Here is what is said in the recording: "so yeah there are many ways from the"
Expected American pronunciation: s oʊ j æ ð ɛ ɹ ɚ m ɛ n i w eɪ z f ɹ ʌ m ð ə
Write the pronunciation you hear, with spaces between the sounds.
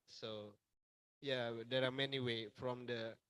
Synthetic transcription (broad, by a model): s oʊ j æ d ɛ ɹ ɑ m ɛ n i w eɪ f ɹ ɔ m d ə